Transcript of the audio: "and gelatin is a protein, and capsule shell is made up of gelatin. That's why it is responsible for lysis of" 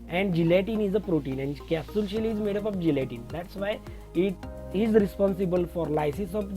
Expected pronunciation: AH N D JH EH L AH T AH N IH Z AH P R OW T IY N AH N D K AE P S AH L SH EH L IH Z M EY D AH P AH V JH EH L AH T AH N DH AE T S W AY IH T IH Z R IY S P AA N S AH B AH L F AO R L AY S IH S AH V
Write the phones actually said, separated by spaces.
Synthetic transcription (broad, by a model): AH N D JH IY L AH T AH N IH Z AH P R OW T IY N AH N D K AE S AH L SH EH L IH Z M EY D AH P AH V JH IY L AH T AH N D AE T S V AY IH T IH Z R IY S P AA N S AH B AH L F AO R L AY S IH S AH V